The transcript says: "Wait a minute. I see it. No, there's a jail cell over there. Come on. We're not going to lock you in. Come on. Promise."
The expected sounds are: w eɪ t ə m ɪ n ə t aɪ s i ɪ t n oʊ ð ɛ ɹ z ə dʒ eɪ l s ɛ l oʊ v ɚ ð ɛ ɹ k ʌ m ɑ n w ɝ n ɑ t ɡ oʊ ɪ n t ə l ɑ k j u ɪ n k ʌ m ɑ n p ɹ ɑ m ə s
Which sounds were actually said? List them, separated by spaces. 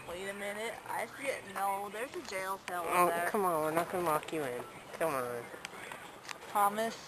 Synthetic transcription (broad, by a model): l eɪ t ə m ɪ n ə t aɪ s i ɪ t n oʊ ð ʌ ɹ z ə dʒ eɪ l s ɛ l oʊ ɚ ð k ʌ m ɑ n w ɝ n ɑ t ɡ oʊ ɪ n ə w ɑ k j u ɪ n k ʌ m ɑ n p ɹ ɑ m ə s